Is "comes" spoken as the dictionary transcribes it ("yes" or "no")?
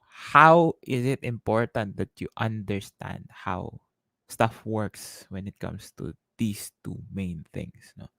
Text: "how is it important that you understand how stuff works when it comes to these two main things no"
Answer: no